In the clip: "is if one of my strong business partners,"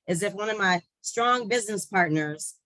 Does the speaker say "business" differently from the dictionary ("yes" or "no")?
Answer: no